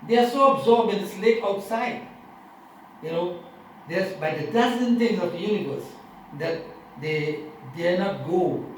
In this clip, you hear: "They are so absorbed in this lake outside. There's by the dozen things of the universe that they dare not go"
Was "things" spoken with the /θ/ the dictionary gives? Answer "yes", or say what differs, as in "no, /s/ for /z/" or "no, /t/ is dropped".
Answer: no, /t/ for /θ/